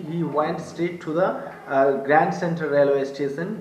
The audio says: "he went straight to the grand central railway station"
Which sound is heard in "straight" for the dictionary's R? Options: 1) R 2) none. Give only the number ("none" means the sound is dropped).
2